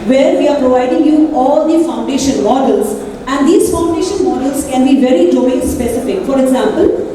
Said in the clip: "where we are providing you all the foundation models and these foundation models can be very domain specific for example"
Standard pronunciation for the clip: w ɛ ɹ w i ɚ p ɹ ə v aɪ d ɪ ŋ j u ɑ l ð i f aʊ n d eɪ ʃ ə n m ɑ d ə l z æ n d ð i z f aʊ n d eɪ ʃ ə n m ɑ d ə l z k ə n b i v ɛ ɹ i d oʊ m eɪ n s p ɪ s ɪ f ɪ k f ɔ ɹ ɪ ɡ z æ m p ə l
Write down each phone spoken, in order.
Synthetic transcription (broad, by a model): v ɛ ɹ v i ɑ p ɹ ə v aɪ d ɪ ŋ j u ɑ l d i f aʊ n d eɪ ʃ ə n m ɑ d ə l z æ n d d i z f aʊ n d eɪ ʃ ə n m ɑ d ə l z k ə n b i v ɛ ɹ i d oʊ ɪ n s p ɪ s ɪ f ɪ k f ɔ ɹ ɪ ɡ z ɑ m p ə l